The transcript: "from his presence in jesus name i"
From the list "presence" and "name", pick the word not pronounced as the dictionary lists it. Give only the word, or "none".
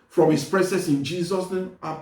presence